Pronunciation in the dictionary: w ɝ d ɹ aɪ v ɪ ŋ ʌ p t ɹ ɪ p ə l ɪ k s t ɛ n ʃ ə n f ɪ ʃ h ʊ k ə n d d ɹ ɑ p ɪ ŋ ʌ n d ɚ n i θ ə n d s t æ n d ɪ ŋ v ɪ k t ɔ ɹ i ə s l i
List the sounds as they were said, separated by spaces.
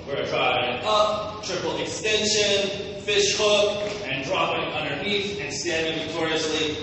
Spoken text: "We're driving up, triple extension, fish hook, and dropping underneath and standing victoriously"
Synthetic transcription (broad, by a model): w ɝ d ɹ aɪ ɪ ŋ ʌ p t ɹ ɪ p l ɪ k s t ɛ n ʃ ə n f ɪ ʃ h ʊ k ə n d d ɹ ɑ p ɪ ŋ ʌ n d ɚ i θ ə n s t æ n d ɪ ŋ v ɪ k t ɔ ɹ i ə s l i